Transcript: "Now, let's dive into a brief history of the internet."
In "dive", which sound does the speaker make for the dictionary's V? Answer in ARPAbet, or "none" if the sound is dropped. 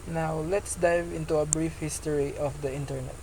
V